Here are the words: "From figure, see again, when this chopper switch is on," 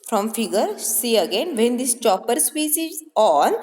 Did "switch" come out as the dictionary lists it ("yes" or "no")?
no